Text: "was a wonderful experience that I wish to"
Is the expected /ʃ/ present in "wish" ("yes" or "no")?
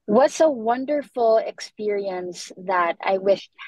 yes